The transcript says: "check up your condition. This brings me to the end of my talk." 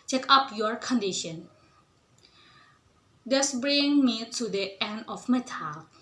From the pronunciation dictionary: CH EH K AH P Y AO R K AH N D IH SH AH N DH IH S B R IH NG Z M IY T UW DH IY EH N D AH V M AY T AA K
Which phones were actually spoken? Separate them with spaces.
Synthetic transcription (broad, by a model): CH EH K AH P Y AO R K AH N D IH SH AH N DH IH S B R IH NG M IY T UW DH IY EH N D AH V M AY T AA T